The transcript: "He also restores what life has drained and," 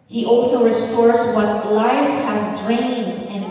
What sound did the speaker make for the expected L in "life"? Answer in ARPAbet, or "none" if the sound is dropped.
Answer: L